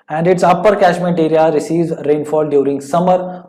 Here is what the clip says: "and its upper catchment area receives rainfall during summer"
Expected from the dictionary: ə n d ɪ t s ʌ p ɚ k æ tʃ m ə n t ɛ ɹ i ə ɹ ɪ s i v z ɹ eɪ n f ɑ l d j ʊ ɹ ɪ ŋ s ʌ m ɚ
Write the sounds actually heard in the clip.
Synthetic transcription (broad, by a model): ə n d ɪ t s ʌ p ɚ k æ ʃ m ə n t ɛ ɹ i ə ɹ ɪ s i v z ɹ eɪ n f ɑ l d j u ɹ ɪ ŋ s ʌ m ɚ